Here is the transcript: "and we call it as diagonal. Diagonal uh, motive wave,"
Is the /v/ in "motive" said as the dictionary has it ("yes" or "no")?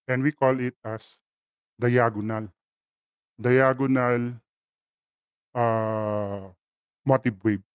no